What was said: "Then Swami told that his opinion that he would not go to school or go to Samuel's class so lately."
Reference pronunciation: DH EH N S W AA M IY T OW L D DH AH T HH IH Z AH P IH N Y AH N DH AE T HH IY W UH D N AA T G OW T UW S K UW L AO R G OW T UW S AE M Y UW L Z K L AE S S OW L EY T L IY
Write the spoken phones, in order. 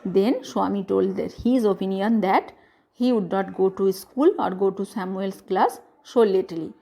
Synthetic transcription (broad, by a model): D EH N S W AA M IY T OW L D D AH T HH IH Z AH P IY N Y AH N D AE T HH IY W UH D N AA T G OW T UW S K UW L AO R G OW T UW S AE M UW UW L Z K L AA S SH OW L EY T L IY